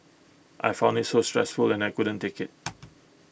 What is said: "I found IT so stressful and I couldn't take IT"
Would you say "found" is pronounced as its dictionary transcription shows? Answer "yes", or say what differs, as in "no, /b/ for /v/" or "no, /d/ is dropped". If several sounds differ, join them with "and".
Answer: no, /d/ is dropped